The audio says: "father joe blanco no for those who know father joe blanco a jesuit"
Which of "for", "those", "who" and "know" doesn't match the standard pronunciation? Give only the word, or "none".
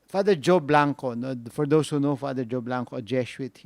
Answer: those